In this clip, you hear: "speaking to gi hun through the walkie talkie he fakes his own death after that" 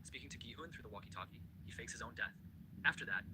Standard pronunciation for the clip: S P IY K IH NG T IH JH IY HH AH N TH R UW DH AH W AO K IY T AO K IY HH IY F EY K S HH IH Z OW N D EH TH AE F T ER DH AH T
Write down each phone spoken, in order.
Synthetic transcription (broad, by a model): S P IY K IH NG T IH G IY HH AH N TH R UW DH AH W AO K IY T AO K IY HH IY F EY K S HH IH Z OW N D EH TH AE F T ER DH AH T